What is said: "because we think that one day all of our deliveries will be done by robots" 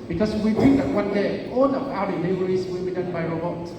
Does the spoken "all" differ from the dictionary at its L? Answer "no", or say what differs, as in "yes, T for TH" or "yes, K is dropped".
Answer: yes, N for L